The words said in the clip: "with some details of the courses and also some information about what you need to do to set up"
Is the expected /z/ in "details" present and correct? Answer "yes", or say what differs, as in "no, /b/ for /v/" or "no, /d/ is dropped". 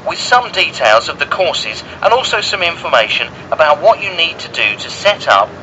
yes